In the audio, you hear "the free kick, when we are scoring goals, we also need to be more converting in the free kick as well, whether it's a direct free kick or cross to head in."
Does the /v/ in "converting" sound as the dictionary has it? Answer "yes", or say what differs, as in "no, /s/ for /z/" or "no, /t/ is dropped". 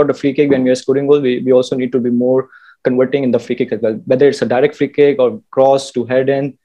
yes